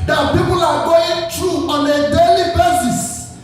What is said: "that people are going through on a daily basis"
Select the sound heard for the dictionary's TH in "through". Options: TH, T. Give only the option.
T